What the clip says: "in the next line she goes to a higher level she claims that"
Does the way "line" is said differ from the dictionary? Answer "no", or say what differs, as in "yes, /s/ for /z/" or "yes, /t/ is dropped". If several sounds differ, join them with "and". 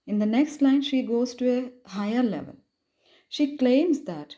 no